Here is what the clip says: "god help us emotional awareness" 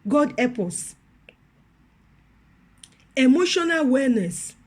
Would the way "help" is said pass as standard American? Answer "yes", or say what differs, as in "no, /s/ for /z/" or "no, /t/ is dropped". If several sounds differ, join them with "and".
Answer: no, /l/ is dropped